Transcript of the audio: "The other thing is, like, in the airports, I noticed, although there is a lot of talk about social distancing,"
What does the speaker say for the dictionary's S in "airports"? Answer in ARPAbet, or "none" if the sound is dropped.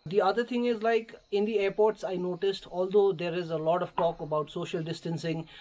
S